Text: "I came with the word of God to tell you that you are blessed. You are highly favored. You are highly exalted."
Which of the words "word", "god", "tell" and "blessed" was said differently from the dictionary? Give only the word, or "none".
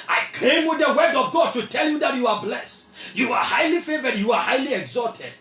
none